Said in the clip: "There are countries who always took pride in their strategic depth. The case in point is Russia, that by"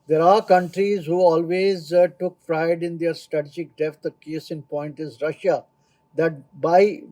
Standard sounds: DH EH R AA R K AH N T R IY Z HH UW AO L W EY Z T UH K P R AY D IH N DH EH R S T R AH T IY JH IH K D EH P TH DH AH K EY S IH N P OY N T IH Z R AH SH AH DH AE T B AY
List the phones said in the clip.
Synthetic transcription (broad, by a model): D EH R AA R K AH N T R IY Z HH UW AO L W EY Z T UH K F R AY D IH N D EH R S T R AH T IY JH IH K D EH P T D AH K EY S IH N P OY N T IH Z R AH SH AH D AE T B AY